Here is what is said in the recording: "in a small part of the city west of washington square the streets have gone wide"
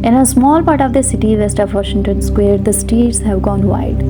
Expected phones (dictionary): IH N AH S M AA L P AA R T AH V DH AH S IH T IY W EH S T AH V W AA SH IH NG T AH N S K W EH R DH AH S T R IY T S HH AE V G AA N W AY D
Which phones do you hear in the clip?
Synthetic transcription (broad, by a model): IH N AH S M AA L P AA R T AH V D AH S IH T IY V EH S T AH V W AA SH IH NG T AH N S K W EH R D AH S T IY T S HH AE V G AA N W AY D